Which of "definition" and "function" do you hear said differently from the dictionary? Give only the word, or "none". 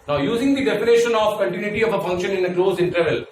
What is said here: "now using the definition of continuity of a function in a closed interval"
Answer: definition